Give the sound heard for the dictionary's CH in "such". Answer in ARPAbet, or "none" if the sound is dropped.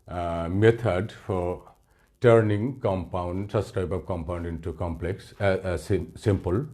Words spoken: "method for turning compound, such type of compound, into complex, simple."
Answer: S